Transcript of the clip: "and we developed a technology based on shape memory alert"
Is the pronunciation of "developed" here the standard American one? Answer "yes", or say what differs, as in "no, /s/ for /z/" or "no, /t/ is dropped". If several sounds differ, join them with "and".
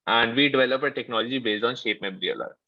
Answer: no, /t/ is dropped